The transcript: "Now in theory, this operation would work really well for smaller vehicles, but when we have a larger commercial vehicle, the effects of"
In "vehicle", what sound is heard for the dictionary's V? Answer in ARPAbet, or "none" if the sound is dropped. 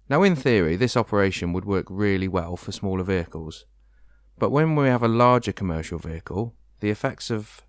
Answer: V